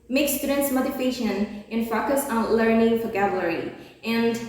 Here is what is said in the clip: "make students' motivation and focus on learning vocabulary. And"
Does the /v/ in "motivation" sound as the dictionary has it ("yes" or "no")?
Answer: no